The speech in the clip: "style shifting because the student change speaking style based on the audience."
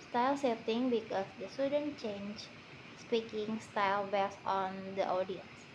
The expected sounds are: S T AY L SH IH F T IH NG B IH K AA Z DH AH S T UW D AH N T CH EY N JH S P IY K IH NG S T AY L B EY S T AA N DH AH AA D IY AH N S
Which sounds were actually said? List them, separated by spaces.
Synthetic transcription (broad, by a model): S T AY L S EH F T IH NG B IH K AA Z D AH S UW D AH N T CH EY N JH S P IY K IH NG S T AY L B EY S AA N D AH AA D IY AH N S